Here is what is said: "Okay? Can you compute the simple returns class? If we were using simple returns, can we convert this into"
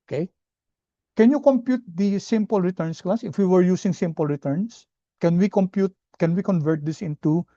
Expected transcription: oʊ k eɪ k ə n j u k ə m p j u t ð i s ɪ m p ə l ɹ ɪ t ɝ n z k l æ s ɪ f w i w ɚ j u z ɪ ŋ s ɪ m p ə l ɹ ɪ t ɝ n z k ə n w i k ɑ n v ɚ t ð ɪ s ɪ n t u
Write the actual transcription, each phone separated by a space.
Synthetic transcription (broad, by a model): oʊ k eɪ k ə n j u k ə m p j u t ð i s ɪ m p ə l ɹ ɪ t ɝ n s k l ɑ s ɪ f w i w ɚ j u s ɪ ŋ s ɪ m p ə l ɹ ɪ t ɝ n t k ə n w i k ɑ n v ɚ t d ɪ s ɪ n t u